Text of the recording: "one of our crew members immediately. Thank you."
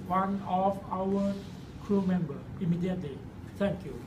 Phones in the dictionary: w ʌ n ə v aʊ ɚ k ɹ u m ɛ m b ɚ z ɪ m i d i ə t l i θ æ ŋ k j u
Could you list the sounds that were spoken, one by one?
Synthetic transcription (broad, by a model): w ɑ n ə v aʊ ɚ k ɹ u m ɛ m b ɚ ɪ m i d i ə t l i t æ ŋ k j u